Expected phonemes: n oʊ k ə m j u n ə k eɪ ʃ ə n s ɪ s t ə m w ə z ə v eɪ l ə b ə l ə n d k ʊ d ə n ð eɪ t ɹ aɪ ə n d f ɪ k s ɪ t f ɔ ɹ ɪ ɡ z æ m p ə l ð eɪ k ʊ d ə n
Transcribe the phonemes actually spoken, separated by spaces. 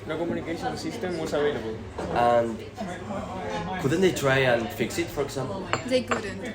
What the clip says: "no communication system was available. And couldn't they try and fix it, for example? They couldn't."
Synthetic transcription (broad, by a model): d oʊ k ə m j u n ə k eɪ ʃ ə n s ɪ s t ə m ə s ə v eɪ l ə b ə l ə n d k ʊ d ə n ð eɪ t ɹ aɪ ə n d f ɪ k s ɪ t f ɔ ɹ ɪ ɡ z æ m p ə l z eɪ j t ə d